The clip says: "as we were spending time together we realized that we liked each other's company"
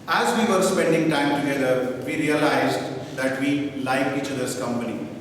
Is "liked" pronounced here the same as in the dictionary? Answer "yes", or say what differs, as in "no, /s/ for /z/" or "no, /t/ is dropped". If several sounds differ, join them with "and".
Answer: no, /t/ is dropped